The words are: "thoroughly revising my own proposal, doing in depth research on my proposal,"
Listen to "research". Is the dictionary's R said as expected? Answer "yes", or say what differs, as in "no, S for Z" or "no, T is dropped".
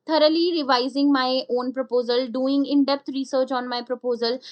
yes